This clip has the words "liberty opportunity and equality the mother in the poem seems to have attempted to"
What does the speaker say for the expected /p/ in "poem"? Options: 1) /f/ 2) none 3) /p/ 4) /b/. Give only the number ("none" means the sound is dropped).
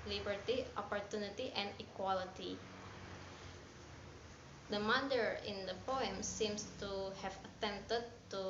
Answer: 3